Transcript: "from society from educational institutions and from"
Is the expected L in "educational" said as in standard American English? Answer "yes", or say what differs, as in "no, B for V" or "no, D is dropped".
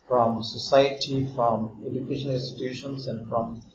no, N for L